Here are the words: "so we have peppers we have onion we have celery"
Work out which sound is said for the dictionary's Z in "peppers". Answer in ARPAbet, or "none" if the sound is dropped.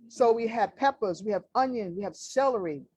Z